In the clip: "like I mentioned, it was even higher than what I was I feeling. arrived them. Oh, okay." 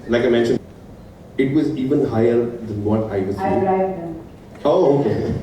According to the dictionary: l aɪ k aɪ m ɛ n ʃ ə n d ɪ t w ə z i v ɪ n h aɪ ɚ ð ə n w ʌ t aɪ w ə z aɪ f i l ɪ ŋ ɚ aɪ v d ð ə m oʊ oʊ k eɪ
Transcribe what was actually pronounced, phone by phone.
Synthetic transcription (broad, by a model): l aɪ k aɪ m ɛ n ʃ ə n ɪ t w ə z i v ɪ n h aɪ ɚ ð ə n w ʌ t aɪ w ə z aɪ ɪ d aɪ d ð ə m oʊ oʊ k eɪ